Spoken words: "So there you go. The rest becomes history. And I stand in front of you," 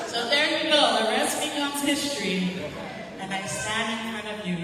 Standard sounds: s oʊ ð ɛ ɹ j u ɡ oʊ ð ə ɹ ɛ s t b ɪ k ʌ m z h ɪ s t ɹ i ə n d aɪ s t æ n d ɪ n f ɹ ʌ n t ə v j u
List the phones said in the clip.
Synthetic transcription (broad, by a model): s oʊ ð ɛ ɹ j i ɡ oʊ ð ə ɹ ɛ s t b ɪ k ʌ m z h ɪ s t ɹ i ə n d aɪ s æ d ɪ n f ɹ ʌ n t ə v j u